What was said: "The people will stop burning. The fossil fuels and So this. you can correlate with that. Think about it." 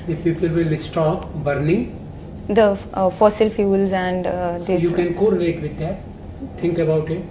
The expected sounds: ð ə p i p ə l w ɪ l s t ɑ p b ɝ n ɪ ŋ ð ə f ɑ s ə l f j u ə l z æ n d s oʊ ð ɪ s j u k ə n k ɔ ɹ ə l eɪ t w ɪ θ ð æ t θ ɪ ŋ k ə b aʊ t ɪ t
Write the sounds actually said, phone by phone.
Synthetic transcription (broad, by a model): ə p i p ə l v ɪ l s t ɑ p b ɝ n ɪ ŋ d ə f ɑ s ə l f j u l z æ n d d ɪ j u k ə n k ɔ ɹ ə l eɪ t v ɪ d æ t t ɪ ŋ k ə b aʊ t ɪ t